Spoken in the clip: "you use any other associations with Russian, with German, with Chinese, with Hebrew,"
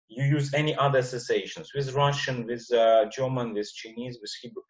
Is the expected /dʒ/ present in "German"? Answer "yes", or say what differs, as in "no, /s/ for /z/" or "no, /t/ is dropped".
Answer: yes